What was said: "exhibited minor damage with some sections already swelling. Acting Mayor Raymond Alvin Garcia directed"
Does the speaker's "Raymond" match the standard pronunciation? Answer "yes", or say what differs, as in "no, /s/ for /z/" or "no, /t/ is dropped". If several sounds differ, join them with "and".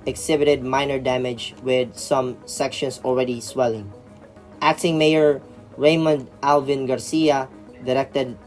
yes